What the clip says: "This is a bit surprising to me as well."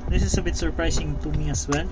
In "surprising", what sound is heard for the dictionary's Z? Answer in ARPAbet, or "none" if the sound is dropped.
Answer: S